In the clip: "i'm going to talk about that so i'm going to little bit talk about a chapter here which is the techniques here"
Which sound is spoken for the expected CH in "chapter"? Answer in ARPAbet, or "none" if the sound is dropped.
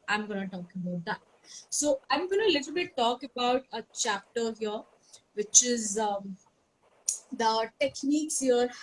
CH